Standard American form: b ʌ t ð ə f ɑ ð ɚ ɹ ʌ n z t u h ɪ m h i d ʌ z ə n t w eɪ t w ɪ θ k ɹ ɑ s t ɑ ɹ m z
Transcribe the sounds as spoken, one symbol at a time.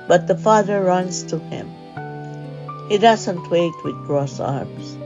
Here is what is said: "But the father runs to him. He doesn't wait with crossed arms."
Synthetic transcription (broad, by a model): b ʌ t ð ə f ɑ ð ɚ ɹ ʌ n s t u h ɪ m h i d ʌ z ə n t w eɪ t w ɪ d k ɹ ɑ s ɑ ɹ m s